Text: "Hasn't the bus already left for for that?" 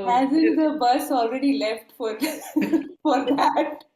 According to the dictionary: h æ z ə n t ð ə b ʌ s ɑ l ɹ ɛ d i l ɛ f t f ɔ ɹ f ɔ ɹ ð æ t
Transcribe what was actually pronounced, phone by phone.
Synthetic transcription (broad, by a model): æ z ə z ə b ʌ s ɑ l ɹ ɛ d i l ɛ f t f ɔ ɹ f ɔ ɹ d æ t